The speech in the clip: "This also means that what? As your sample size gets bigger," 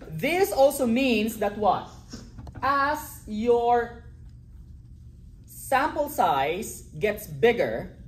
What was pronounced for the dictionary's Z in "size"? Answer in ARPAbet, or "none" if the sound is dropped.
S